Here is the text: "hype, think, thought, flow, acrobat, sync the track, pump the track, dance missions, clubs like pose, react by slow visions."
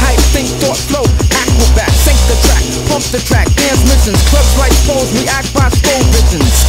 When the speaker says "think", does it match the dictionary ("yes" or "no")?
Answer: no